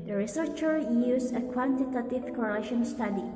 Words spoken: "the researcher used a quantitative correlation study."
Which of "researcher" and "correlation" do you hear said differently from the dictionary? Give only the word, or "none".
none